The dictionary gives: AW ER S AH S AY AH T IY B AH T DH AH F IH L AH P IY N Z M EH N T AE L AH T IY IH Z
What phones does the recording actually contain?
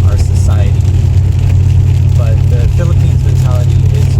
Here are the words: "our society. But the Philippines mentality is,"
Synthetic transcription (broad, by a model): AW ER S AH S AY AH T IY B AH T DH AH F IH L AH P IY N Z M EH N T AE L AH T IY IH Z